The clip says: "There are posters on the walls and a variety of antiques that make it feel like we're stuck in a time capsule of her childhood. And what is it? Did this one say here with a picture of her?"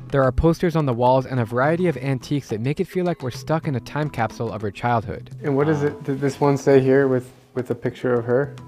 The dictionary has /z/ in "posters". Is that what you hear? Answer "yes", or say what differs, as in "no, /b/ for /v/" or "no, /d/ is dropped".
yes